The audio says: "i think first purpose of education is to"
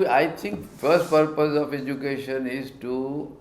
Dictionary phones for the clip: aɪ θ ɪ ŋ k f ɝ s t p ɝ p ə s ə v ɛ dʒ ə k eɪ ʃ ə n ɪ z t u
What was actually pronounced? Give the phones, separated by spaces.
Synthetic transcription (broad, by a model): aɪ t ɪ ŋ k f ɝ s t p ɝ p ə s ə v ɛ dʒ ə k eɪ ʃ ə n ɪ z t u